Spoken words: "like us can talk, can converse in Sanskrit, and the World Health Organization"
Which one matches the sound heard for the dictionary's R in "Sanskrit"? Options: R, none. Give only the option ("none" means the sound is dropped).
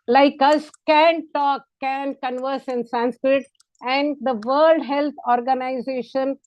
R